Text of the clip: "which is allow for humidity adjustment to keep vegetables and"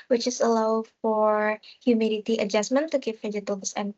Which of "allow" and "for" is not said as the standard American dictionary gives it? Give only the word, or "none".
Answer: none